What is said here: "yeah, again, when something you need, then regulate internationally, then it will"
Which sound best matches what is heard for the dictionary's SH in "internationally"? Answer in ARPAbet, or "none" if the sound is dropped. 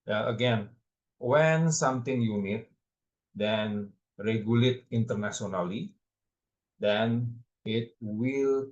S